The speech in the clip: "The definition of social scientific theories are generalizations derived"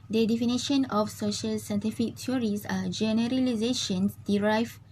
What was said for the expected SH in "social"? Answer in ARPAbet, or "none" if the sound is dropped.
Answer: SH